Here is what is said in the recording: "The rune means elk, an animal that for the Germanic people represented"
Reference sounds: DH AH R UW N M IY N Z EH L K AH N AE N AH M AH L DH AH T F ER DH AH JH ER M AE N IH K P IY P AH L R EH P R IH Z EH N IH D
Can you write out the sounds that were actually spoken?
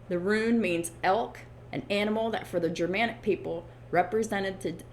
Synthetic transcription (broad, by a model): DH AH R UW N M IY N Z EH L K AH N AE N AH M L DH AH T F ER DH AH JH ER M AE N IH K P IY P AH L R EH P R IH Z EH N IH D